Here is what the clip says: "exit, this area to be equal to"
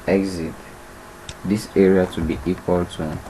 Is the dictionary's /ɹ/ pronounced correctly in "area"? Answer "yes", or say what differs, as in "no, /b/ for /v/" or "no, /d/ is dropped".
yes